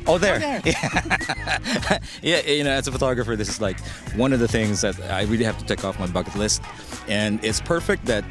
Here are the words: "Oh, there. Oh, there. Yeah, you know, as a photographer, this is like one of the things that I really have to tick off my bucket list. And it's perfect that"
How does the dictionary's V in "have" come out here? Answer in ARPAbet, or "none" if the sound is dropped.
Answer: F